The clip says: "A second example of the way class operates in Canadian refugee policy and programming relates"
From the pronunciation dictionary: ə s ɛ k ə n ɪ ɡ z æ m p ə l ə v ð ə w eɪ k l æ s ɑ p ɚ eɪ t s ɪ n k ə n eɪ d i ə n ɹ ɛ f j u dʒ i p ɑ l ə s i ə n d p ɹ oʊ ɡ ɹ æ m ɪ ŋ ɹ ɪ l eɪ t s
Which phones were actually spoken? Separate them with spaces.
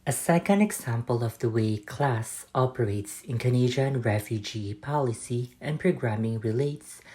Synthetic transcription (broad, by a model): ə s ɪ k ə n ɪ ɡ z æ m p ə l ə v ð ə w eɪ k l æ s ɑ p ɚ eɪ t s ɪ n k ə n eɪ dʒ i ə n ɹ ɛ f j u dʒ i p ɑ l ə s i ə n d p ɹ oʊ ɡ ɹ æ m ɪ ŋ ɹ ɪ l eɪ t s